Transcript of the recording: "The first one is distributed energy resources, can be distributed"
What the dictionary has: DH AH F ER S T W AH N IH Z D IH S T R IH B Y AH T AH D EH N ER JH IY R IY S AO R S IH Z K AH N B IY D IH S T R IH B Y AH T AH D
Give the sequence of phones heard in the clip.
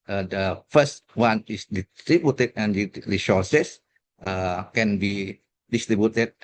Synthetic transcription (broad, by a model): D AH F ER S T W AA N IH S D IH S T R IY B Y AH T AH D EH N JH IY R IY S AO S S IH K AH N B IY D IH S T R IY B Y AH T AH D